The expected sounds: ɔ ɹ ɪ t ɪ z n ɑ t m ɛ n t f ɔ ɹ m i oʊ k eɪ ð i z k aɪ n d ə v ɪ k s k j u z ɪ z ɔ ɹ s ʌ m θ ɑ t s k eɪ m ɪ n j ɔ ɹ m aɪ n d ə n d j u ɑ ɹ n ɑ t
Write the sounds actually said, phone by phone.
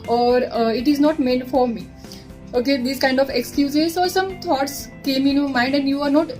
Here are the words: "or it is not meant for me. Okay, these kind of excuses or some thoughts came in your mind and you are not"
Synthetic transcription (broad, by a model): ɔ ɹ ɪ t ɪ z n ɑ t m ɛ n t f ɔ ɹ m i oʊ k eɪ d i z k aɪ n d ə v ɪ k s k j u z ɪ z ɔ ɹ s ʌ m t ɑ t s k eɪ m ɪ n j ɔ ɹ m aɪ n d ə n d j u ɑ ɹ n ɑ t